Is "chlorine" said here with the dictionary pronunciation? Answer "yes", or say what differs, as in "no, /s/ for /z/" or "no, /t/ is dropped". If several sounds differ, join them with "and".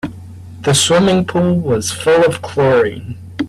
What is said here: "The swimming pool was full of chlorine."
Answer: no, /n/ is dropped